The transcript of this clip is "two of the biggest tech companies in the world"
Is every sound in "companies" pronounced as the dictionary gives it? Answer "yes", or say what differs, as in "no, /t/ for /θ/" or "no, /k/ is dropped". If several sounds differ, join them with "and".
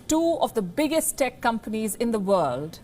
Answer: yes